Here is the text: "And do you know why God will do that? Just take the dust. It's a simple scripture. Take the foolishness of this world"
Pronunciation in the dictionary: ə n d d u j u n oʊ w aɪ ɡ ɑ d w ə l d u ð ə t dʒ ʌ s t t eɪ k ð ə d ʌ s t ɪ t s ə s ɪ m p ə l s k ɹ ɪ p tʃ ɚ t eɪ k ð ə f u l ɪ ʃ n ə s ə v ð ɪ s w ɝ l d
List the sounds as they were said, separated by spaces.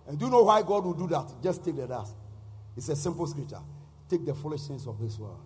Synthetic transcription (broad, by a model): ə n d d u j u n oʊ w aɪ ɡ ɑ d w ə l d u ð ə t dʒ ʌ s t t eɪ k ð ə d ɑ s ɪ t s ə s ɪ m p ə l s k ɹ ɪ p tʃ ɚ t eɪ k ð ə f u l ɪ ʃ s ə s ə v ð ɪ s w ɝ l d